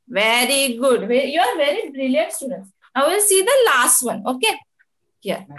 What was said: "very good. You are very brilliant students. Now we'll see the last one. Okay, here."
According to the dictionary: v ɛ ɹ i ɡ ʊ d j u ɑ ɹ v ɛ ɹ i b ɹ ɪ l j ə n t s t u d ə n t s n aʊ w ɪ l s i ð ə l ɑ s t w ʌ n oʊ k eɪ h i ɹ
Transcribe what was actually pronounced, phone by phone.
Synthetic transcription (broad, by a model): v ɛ ɹ i ɡ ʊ d j u ɑ ɹ v ɛ ɹ i b ɹ ɪ l j ə n t s t u d ə n t s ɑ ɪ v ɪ l s i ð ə l ɑ s t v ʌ n oʊ k eɪ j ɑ